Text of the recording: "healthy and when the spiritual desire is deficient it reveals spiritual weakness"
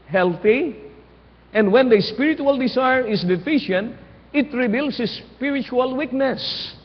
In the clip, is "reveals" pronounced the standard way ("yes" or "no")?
no